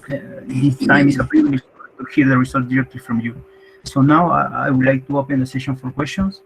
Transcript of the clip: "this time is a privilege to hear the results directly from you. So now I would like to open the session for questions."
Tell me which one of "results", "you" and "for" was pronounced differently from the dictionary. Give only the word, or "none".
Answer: results